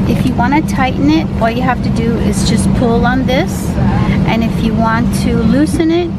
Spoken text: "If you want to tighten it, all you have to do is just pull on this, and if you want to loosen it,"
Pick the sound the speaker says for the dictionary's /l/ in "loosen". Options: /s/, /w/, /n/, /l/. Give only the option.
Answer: /l/